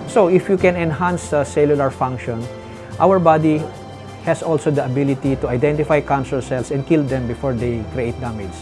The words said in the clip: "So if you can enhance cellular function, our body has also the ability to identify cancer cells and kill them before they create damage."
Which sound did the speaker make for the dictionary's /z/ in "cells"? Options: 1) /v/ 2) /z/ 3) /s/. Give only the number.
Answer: 3